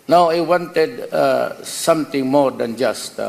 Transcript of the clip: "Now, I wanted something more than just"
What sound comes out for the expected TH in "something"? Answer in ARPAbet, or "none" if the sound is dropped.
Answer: T